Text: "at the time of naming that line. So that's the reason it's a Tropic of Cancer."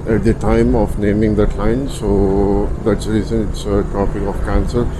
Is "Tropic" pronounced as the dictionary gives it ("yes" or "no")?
no